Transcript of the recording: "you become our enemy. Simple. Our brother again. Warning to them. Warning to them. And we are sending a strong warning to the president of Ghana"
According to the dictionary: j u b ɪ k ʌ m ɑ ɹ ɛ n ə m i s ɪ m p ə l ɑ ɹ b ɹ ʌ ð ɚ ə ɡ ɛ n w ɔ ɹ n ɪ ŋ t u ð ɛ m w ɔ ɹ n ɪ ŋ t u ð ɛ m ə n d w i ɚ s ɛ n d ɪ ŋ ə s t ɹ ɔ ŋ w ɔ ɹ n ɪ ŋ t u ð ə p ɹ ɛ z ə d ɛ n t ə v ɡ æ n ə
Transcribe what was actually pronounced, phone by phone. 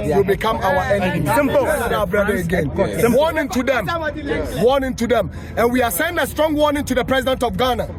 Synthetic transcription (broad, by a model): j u b ɪ k ʌ m ɑ w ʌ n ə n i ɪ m ə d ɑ b ɹ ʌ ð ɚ ə ɡ ɛ n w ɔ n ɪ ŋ t u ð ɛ m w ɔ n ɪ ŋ t u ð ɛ m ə n w i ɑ s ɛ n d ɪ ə s t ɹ ɔ ŋ w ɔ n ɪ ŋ t u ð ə p ɹ ɛ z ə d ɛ n t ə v ɡ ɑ n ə